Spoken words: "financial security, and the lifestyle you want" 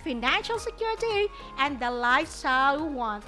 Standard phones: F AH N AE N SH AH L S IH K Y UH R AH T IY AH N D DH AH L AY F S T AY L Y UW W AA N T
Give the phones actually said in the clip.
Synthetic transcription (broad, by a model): F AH N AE N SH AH L S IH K Y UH R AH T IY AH N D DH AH L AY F S S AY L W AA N